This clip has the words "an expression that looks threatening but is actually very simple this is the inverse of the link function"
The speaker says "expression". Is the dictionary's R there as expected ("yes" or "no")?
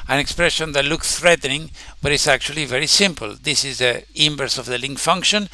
yes